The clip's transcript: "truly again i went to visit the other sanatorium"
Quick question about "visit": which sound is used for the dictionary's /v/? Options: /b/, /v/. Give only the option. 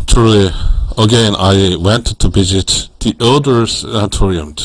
/b/